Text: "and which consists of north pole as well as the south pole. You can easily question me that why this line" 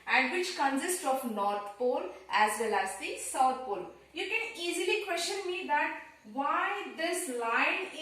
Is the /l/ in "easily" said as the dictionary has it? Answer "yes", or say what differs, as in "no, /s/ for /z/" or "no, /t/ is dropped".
yes